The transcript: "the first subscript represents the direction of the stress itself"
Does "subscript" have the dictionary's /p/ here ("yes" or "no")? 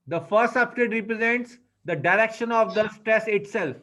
no